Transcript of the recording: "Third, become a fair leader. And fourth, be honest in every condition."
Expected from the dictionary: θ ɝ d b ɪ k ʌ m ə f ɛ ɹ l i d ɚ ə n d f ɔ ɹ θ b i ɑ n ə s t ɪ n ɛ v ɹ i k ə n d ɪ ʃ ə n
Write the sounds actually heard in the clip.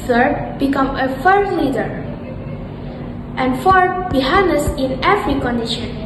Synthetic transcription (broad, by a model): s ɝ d b ɪ k ʌ m ə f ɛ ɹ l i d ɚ ə n d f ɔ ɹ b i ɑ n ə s ɪ n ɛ f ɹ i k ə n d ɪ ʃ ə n